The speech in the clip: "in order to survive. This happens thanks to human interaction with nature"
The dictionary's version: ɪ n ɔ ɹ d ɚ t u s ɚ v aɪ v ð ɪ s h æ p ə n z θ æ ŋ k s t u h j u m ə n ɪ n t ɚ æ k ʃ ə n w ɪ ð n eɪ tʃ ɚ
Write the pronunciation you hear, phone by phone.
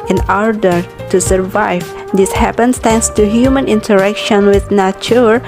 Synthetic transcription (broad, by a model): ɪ n ɔ ɹ d ɚ t u s ɚ v aɪ v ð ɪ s h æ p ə n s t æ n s t u h j u m ə n ɪ n t ɚ æ k ʃ ə n w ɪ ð n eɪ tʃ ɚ